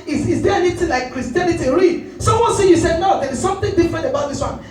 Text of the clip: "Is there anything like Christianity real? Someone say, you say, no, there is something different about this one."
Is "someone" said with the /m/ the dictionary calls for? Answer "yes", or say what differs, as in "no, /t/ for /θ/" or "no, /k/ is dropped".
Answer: no, /m/ is dropped